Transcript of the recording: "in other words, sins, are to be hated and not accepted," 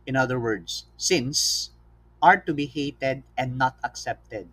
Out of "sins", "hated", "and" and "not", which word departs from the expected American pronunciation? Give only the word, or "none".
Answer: sins